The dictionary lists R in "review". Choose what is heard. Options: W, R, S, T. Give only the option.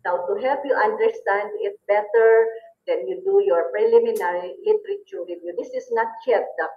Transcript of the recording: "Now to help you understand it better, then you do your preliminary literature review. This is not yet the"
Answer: W